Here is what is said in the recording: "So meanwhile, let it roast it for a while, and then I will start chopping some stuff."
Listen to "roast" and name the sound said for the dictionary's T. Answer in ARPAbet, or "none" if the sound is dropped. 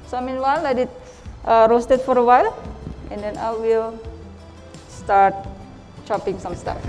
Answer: T